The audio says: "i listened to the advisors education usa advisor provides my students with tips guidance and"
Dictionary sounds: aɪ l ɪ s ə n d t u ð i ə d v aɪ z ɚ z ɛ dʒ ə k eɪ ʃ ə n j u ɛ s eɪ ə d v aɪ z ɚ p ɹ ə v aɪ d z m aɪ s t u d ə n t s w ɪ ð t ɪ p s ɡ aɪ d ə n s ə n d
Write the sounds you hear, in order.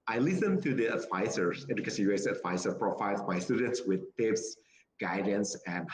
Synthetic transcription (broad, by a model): aɪ l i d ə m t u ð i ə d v aɪ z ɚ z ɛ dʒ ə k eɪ s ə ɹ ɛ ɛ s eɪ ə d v aɪ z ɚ p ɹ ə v aɪ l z m aɪ s t u d ə n t s w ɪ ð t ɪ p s ɡ aɪ d ə n s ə n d